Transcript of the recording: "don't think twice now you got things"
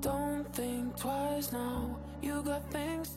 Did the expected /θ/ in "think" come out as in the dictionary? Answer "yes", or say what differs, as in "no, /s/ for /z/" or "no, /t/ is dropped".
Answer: yes